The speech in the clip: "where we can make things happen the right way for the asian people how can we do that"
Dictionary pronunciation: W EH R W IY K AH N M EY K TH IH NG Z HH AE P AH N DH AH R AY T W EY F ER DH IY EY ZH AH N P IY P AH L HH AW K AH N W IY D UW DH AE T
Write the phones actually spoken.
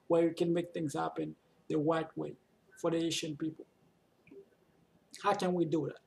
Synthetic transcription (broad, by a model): W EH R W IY K AH N M EY K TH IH NG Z HH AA P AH N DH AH W AY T W EY F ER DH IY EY SH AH N P IY P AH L HH AW K AH N W IY D UW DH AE T